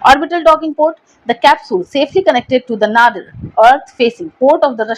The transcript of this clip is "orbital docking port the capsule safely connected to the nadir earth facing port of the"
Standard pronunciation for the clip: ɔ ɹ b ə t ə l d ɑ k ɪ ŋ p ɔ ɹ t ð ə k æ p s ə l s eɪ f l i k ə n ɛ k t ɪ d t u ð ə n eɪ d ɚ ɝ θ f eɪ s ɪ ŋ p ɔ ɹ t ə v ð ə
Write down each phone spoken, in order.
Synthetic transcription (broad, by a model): ɔ ɹ b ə t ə l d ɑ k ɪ ŋ p ɔ ɹ t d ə k æ p s ə l s eɪ f l i k ə n ɛ k t ɪ d t u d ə n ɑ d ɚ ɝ t f eɪ s ɪ ŋ p ɔ ɹ t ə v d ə